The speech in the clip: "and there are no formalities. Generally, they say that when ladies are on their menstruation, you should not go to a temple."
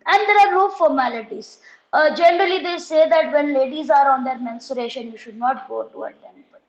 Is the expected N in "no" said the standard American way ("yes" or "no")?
no